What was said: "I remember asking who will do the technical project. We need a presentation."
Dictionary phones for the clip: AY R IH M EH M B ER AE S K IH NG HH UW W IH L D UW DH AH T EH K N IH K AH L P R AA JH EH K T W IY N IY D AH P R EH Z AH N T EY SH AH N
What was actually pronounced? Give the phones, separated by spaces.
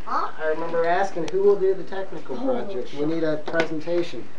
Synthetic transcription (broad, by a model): AY R IH M EH M B ER AE S K IH NG HH UW W IH L D UW DH AH T EH K N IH K L P R AA JH EH K T W IY N IY D AH P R EH Z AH N T EY SH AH N